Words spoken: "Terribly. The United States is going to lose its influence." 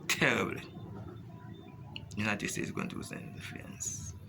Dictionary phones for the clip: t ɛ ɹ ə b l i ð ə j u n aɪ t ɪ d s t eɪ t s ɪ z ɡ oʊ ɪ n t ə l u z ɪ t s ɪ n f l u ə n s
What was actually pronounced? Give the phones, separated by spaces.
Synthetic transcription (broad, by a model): t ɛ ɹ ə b l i j u n aɪ t ɪ d s t eɪ t s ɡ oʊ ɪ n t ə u ɪ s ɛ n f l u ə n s